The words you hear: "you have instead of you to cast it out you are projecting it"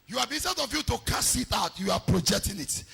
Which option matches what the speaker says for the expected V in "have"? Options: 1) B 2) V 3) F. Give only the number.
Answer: 1